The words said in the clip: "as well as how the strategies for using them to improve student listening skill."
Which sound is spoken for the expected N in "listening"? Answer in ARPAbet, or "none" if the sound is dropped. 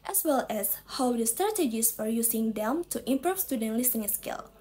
none